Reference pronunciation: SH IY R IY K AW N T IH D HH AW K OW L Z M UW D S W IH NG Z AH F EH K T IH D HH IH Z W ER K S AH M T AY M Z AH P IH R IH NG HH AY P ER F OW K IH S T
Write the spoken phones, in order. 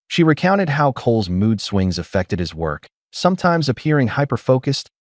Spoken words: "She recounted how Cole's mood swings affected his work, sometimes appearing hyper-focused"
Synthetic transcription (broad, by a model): SH IY R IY K AW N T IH D HH AW K OW L Z M UW D S W IH NG Z AH F EH K T IH D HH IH Z W ER K S AH M T AY M Z AH P IH R IH NG HH AY P ER F OW K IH S T